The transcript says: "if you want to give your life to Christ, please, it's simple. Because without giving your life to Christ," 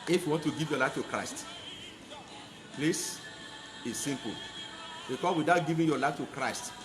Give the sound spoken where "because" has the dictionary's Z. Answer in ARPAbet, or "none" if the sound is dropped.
none